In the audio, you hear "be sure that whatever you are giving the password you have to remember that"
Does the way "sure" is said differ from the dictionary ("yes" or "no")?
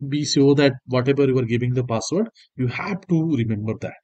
yes